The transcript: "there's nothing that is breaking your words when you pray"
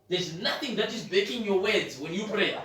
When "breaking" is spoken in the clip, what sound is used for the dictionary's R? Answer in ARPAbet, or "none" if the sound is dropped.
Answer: none